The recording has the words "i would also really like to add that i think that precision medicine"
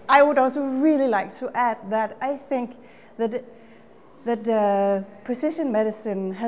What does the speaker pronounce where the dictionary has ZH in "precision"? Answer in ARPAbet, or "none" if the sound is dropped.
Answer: SH